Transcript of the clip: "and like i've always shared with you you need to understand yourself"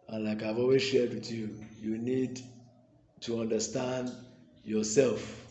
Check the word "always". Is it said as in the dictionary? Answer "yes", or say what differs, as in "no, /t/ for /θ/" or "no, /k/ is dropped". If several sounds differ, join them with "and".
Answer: no, /l/ is dropped